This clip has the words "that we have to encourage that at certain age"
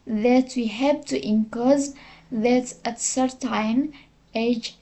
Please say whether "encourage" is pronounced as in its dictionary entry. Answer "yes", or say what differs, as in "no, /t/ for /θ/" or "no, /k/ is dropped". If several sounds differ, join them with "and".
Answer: no, /z/ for /dʒ/